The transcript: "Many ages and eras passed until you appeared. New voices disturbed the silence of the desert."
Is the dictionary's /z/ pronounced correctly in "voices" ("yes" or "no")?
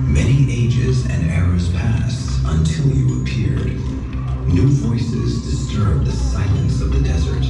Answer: yes